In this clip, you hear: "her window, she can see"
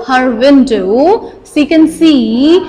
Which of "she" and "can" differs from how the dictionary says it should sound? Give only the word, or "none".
she